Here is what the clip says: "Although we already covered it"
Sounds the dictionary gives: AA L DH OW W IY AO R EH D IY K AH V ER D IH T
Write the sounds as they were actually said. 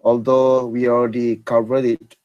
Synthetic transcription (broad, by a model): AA L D OW W IY AO L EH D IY K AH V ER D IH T